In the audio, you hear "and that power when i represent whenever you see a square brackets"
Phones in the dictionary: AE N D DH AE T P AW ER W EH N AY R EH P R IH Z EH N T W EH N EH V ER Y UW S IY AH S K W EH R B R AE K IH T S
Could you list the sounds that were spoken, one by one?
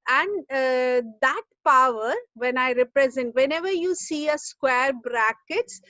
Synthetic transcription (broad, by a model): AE N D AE T P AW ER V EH N AY R EH P R IH Z EH N T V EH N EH V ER Y UW S IY AH S K W EH R B R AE K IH T S